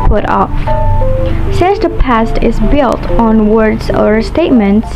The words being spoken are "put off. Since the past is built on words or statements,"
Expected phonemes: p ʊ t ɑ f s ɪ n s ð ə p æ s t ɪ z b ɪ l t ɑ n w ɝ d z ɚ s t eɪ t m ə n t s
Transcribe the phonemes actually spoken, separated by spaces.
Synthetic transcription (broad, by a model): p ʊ t ɑ f s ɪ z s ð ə p æ s t ɪ z b ɪ l t n w ɝ d z ɚ s t eɪ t m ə n t s